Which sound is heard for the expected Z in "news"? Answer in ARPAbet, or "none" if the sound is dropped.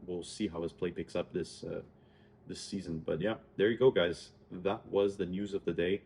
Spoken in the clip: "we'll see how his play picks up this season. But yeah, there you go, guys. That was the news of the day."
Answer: Z